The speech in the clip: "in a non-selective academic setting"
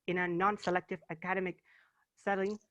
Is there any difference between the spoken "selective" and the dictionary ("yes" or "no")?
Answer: no